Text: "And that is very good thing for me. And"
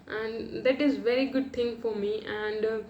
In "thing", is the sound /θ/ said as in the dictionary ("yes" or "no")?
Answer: no